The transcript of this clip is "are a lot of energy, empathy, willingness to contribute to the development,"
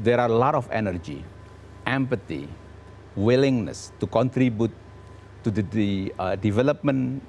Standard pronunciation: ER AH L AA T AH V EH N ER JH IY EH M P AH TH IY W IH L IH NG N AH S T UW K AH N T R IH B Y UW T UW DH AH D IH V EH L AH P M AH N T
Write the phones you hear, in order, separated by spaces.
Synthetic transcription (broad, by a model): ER AH L AA T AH F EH N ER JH IY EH M P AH T IY W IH L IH NG N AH S T UW K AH N T R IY B Y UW T UW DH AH D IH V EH L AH P M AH N